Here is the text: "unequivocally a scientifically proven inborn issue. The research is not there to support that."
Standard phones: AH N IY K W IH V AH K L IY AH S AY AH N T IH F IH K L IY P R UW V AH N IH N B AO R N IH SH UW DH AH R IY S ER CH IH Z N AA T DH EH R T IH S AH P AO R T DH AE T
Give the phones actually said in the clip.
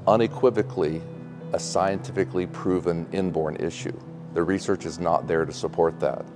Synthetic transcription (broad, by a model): AH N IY K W IH V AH K L IY AH S AY AH N T IH F IH K L IY P R UW V AH N IH N B AO R N IH SH UW DH AH R IY S ER CH IH Z N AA T DH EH R T IH S AH P AO R T DH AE T